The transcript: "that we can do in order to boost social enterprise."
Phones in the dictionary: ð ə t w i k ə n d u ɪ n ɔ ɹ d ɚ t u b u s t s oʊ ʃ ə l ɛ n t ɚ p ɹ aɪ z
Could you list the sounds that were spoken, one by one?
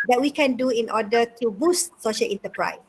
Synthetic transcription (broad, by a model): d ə t w i k ə n d u ɪ n ɔ d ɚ t u b u s t s oʊ ʃ ə l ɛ n t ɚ p ɹ aɪ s